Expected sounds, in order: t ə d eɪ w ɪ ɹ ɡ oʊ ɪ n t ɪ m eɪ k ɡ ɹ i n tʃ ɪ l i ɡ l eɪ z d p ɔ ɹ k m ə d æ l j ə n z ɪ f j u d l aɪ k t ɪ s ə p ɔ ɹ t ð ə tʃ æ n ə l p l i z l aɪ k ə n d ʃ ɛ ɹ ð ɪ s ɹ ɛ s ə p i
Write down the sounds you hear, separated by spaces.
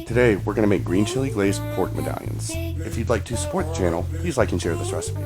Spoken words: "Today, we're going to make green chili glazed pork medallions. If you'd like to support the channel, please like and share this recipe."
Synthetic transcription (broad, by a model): t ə d eɪ w ɪ ɹ ɡ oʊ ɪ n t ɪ m eɪ k ɡ ɹ i n tʃ ɪ l i ɡ l eɪ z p ɔ ɹ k m ə d æ l j ə n z ɪ f j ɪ d l aɪ k t ɪ s ə p ɔ ɹ t ð ə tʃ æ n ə l p l i z l aɪ k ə n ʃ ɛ ɹ ð ɪ s ɹ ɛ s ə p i